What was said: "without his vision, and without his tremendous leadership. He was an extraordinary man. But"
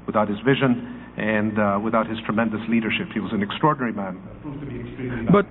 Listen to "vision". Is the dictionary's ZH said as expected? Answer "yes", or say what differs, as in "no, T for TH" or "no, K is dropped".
yes